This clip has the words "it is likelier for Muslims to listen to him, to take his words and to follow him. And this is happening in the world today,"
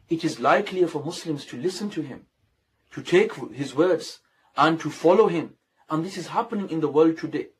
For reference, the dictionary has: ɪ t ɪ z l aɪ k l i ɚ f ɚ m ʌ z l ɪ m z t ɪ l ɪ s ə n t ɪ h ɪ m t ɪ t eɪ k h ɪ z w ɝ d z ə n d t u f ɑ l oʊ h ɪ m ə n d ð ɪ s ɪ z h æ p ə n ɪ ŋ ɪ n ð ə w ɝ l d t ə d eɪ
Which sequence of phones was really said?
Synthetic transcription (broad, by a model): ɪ t ɪ z l aɪ k l i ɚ f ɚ m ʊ s l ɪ m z t ɪ l ɪ s ə n t ɪ h ɪ m t ɪ t eɪ k h ɪ z w ɝ d z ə n t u f ɑ l oʊ h ɪ m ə n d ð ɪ s ɪ z h æ p ə n ɪ ŋ ɪ n ð ə w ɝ l d t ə d eɪ